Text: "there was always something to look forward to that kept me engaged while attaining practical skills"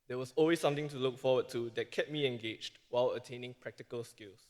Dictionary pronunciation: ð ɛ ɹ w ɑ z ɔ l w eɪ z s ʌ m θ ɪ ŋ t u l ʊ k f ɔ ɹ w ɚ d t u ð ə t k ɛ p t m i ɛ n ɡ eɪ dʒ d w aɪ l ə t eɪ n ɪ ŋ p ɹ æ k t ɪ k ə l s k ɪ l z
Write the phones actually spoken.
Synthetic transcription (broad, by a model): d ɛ w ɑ s ɔ l w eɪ s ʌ m t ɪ ŋ t u l ʊ k f ɔ w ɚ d t u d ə t k ɛ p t m i ɛ n ɡ eɪ dʒ d w aɪ l ə t eɪ n ɪ ŋ p ɹ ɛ k t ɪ k ə l s k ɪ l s